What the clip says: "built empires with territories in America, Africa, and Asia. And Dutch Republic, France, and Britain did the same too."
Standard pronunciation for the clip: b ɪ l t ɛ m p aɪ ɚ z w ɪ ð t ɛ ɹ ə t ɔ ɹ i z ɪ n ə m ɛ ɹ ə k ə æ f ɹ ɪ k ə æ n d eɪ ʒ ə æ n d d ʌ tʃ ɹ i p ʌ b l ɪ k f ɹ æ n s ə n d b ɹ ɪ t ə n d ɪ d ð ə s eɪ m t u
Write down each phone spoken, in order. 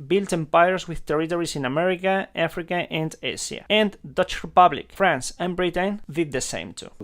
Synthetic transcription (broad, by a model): b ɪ l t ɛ m p aɪ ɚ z w ɪ ð t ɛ ɹ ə t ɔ ɹ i s ɪ n ə m ɛ ɹ ə k ə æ f ɹ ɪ k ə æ n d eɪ s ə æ n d d ʌ tʃ ɹ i p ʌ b l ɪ k f ɹ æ n s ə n b ɹ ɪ t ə n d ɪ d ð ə s eɪ m t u